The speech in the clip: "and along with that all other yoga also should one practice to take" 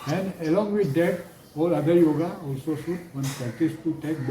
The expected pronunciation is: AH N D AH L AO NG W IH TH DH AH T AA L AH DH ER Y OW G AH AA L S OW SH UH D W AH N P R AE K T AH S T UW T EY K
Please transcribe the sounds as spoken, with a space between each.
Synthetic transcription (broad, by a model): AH N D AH L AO NG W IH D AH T AA L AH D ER Y OW G AH AA L S OW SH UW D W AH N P AE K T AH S T UW T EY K